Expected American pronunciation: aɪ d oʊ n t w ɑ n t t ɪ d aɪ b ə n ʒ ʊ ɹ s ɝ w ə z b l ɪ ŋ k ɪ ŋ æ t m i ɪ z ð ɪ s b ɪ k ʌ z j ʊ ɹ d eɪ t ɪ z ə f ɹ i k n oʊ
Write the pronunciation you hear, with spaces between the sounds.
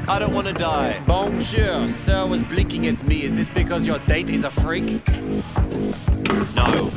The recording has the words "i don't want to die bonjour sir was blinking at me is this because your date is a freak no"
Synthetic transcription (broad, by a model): aɪ d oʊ n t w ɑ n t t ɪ d aɪ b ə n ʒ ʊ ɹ s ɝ w ə z b l ɪ ŋ k ɪ ŋ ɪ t m i ɪ z ð ɪ s b ɪ k ʌ z j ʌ ɹ d eɪ t ɪ z ə f ɹ i k n oʊ